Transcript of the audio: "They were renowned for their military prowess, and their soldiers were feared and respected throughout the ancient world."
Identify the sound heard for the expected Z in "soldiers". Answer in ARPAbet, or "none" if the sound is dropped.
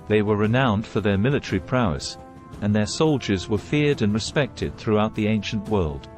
Z